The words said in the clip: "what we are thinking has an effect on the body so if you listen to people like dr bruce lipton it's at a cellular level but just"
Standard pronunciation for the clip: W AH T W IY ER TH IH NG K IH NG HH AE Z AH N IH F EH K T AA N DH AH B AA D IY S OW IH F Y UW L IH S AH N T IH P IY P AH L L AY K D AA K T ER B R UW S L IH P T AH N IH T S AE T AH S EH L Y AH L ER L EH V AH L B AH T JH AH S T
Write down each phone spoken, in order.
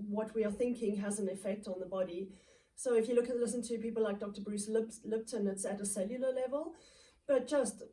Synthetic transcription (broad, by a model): W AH T W IY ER TH IH NG K IH NG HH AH Z AH N IH F EH K T N DH AH B AA D IY S OW IH F Y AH L IH S AH N T IH P IY P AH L L AY K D AA K T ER B R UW S L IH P T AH N IH T S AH T AH S EH L Y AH L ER L EH V AH L B AH T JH AH S T